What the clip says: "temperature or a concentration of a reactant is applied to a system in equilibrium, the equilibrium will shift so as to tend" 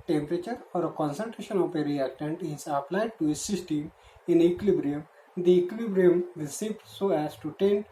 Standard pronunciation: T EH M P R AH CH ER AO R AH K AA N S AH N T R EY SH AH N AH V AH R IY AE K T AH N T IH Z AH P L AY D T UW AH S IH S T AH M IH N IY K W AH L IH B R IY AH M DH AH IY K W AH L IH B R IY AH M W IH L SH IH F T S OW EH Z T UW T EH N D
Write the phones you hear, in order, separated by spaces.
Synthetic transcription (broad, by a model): T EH M P R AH CH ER AO R AH K AA N S AH N T R EY SH AH N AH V AH R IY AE K T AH N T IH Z AH P L AY D T UW AH S IH S T AH M IH N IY K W L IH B R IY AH M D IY K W L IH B R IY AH M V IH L S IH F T S OW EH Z T UW T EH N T